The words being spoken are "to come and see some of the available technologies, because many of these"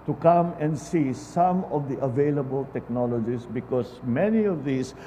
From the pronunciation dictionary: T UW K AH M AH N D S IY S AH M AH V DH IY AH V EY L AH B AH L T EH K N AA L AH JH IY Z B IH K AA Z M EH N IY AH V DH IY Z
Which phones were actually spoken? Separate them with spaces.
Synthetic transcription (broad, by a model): T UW K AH M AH N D S IY S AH M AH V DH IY AH V EY L AH B AH L T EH K N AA L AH JH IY S B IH K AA S M EH N IY AH V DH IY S